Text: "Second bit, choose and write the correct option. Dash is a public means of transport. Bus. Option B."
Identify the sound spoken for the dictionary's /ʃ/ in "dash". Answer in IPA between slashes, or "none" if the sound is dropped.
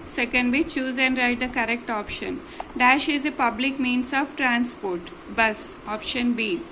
/ʃ/